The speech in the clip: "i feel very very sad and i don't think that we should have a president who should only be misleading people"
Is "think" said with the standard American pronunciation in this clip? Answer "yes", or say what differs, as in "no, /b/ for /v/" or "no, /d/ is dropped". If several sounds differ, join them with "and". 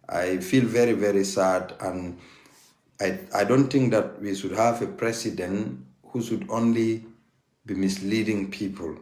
no, /t/ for /θ/